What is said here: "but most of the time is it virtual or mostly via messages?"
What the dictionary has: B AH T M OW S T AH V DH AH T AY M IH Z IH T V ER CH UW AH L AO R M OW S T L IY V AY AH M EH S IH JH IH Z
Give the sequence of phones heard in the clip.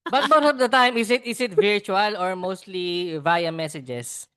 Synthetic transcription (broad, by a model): B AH T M OW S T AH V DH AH T AY M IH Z IH T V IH CH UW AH L AO R M OW S T L IY V AY AH M EH S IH JH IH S